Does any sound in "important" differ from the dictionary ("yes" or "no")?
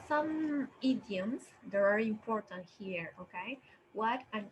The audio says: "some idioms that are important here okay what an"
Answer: no